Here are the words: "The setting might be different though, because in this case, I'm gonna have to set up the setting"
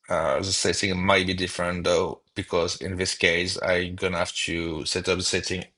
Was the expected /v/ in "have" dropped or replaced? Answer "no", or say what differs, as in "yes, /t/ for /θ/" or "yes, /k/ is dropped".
yes, /f/ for /v/